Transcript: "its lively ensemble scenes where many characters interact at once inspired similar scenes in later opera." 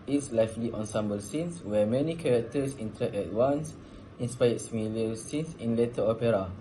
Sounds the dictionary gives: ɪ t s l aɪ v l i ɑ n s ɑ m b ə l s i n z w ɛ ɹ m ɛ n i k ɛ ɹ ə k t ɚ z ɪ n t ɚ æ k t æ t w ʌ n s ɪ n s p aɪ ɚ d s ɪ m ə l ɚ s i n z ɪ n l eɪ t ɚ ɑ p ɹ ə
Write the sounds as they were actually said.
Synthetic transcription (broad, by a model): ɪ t s l aɪ f l i ɑ n s ɑ m b ə l s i n s w ɛ m ɛ n i k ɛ ɹ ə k t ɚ s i n t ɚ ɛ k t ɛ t w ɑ n s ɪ n s p aɪ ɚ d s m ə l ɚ s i n s ɪ n l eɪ t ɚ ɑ p ɹ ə